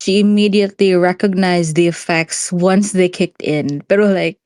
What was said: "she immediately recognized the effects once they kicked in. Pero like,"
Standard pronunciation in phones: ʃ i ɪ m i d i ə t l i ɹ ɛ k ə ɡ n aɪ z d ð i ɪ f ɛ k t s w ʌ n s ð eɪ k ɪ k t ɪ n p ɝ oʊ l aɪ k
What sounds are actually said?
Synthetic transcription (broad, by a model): ʃ i ɪ m i d i ə t l i ɹ ɛ k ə ɡ n aɪ z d ð i ɪ f ɛ k t s w ʌ n s ð eɪ k ɪ k t ɪ n b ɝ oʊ l aɪ k